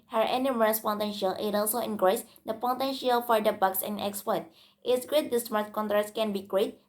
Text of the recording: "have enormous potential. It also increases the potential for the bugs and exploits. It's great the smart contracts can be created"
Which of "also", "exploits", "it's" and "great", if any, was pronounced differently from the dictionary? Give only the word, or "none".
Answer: exploits